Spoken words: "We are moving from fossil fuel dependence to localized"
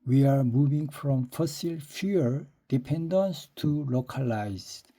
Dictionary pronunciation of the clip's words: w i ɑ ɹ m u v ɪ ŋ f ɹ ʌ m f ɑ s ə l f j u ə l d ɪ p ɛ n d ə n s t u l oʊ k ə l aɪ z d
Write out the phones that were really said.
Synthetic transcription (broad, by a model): w i ɑ ɹ m u v ɪ ŋ f ɹ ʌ m f ɑ s ə l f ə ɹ d ɪ p ɛ n d ə n s t u l oʊ k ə l aɪ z